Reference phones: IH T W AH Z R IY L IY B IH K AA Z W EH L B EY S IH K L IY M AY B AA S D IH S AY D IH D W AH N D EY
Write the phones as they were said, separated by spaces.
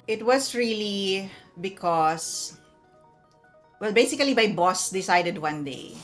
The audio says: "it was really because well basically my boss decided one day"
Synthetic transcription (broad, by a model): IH T W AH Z R IY L IY B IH K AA S W EH L B EY S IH K L IY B AY B AA S D IH S AY D IH D W AH N D EY